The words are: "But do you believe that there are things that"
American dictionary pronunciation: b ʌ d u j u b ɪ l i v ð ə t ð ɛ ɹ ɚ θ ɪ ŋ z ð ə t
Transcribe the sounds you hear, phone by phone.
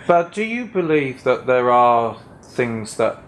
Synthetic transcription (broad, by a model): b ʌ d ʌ j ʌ b ɪ l i v ð ə t ð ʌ ɹ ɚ θ ɪ ŋ z ð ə t